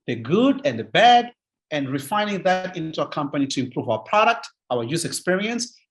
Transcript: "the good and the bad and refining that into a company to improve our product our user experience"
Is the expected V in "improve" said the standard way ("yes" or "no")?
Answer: yes